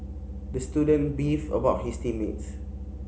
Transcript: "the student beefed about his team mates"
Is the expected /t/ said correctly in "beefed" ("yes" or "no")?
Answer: no